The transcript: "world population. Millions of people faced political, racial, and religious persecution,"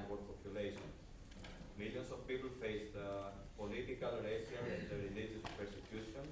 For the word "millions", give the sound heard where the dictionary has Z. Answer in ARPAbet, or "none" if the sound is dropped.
S